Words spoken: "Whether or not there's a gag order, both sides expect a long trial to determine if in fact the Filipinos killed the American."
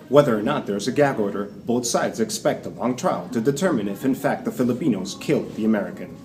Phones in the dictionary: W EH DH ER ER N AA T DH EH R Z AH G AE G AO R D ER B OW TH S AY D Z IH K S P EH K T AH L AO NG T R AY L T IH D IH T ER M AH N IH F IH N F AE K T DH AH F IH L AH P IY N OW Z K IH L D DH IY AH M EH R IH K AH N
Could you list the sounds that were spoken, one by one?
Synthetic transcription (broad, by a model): W EH DH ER ER N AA T DH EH R Z AH G AE G AO R D ER B OW TH S AY D Z IH K S P EH K T AH L AO NG T R AY L T IH D IH T ER M AH N IH F IH N F AE K T DH AH F IH L AH P IY N OW Z K IH L D DH IY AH M EH R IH K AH N